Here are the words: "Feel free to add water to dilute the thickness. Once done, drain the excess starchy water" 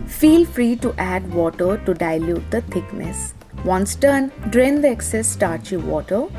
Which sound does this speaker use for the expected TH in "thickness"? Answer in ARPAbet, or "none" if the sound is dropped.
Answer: T